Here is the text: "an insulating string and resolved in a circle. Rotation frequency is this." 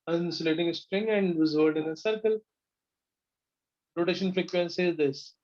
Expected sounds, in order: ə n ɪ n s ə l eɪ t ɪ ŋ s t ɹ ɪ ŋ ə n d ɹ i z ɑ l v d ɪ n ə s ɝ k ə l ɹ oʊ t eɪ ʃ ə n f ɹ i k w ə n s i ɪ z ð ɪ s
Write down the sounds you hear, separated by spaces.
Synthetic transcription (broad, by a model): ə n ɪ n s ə l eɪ t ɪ ŋ s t ɹ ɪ ŋ ə n d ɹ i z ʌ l d ɪ n ə s ɝ k ə l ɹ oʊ t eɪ ʃ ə n f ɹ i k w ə n s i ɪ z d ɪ s